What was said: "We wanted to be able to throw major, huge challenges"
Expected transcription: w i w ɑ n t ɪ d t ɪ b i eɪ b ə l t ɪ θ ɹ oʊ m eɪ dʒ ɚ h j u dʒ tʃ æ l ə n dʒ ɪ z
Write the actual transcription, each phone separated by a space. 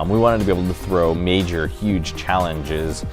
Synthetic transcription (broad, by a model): w i w ɑ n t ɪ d t ɪ b i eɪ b l t ɪ θ ɹ oʊ m eɪ dʒ ɚ h j u dʒ tʃ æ l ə n dʒ ɪ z